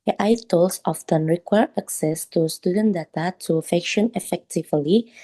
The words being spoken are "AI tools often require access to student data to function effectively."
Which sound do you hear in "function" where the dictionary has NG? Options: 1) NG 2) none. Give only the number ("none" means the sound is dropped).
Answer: 2